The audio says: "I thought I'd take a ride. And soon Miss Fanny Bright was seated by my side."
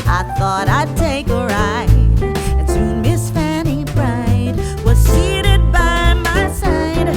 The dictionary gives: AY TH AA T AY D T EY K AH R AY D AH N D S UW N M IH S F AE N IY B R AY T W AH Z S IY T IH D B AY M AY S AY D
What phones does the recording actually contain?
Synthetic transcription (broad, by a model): AY TH AA T AY D T EY K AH R AY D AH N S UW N M IH S F AE N IY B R AY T W AH Z S IY T IH D B AY M AY S AY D